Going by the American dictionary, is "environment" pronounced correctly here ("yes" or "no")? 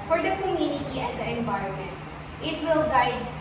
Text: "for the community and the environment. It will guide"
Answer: no